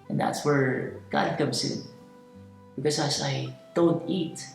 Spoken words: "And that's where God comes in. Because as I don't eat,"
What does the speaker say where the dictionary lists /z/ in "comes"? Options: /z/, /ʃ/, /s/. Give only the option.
/s/